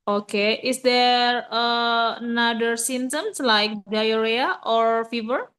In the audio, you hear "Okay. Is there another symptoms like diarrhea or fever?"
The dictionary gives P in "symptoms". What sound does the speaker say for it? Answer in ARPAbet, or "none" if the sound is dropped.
none